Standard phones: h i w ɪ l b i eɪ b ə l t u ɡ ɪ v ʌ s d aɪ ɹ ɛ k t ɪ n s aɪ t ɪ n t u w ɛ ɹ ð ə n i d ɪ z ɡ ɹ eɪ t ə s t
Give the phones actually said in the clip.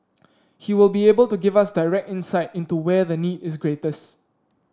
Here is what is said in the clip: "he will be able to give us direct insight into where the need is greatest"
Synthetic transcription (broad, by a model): h i w ɪ l b i eɪ b ə l t u ɡ ɪ v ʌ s d aɪ ɹ ɛ k t ɪ n s aɪ t ɪ n t u w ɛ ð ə n i d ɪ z ɡ ɹ eɪ t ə s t